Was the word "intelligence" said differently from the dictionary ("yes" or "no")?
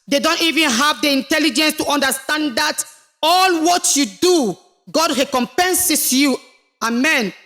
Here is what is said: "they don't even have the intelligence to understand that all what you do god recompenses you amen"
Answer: no